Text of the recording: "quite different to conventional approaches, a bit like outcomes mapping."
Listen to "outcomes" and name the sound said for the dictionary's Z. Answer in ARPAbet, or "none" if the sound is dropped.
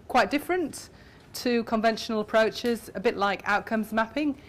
Z